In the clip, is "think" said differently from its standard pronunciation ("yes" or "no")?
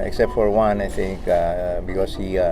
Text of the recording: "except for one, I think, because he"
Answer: yes